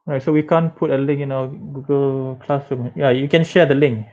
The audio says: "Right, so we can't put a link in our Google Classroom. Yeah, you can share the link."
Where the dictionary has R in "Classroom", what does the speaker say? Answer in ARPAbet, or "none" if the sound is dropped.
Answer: none